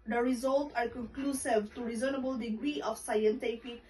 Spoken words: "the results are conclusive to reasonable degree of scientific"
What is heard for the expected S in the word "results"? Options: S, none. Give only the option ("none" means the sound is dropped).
none